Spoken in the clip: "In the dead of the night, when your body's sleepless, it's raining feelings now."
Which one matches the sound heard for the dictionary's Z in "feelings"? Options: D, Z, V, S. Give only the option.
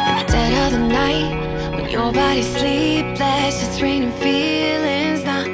Z